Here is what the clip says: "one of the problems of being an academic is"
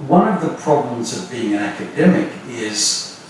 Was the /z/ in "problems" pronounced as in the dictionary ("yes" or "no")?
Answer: yes